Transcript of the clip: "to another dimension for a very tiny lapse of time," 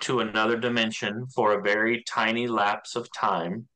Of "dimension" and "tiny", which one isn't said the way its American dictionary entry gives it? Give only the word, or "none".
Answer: none